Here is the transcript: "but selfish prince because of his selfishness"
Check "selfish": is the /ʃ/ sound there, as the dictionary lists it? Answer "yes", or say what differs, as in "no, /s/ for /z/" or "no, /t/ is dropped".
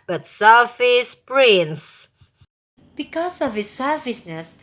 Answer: no, /s/ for /ʃ/